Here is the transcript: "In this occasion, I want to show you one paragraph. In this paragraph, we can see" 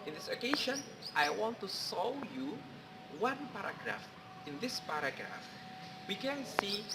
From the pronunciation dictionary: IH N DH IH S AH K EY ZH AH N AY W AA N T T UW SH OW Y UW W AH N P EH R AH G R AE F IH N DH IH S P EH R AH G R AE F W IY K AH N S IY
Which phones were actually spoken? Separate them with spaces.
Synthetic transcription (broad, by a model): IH N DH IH S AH K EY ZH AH N AY W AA N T T UW S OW Y UW W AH N P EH R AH G R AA F IH N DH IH S P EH R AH G R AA F W IY K AH N S IY